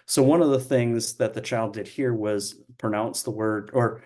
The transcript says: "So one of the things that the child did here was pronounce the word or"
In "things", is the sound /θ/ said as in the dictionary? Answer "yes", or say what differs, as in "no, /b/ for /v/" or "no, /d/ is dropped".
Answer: yes